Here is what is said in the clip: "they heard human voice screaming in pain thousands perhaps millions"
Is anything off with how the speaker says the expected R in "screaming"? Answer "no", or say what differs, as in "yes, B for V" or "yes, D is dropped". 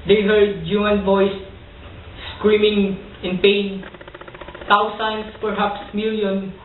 no